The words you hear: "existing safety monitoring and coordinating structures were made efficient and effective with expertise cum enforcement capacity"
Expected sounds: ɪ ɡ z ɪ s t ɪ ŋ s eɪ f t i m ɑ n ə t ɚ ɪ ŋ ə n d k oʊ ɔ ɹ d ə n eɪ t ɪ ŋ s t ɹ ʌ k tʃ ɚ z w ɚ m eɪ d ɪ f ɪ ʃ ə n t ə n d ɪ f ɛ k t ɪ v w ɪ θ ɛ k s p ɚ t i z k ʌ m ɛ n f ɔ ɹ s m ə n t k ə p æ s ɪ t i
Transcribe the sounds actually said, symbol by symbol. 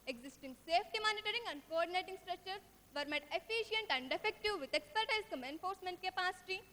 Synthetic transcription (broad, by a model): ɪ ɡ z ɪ s t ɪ ŋ s eɪ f t i m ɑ n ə t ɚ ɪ ŋ ə n d k oʊ ɔ ɹ d ə n eɪ t ɪ ŋ s t ɹ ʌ k tʃ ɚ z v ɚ m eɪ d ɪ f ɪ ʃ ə n t ə n d ɪ f ɛ k t ɪ v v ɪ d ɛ k s p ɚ t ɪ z k ʌ m ɛ n f ɔ ɹ s m ə n t k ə p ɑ s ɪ t i